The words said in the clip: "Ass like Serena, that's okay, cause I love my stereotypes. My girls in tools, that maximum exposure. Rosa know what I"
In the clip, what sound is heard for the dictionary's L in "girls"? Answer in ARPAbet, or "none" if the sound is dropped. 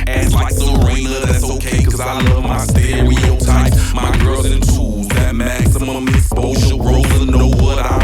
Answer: none